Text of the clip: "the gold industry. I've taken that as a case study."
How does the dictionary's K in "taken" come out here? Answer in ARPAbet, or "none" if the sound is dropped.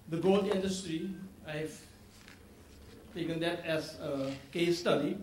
K